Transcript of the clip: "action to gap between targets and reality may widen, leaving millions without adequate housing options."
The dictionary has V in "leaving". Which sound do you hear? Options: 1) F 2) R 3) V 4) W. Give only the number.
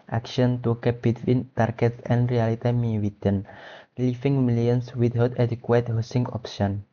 1